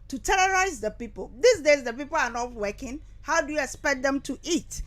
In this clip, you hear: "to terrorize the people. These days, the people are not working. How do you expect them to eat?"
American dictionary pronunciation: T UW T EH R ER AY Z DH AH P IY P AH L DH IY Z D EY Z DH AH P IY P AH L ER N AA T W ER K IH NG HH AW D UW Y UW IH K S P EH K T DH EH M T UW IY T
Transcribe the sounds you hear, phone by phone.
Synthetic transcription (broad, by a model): T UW T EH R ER AY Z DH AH P IY P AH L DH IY S D EY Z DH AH P IY P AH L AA N AA T W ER K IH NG HH AW D UW Y UW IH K S P EH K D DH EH M T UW IY T